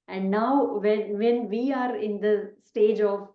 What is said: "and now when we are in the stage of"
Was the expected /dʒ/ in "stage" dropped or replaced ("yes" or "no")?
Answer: no